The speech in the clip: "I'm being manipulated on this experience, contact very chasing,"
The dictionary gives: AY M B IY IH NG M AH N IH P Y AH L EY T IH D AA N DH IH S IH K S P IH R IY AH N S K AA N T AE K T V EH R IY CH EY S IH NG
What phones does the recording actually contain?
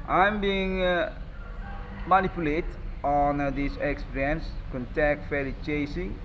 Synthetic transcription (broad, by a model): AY M B IY IH NG M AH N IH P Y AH L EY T AA N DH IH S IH K S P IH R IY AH N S K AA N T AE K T F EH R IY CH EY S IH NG